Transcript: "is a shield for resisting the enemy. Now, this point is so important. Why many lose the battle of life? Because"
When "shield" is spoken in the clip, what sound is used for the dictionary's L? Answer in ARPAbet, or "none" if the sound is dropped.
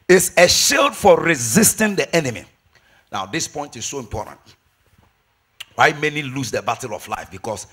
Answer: L